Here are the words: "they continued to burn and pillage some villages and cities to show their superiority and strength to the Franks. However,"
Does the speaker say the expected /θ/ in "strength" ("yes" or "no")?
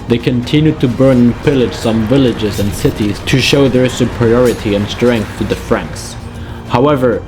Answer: yes